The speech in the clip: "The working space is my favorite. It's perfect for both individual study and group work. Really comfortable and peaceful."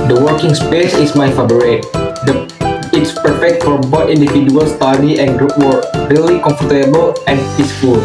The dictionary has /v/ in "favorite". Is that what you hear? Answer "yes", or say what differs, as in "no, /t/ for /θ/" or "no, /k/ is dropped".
no, /b/ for /v/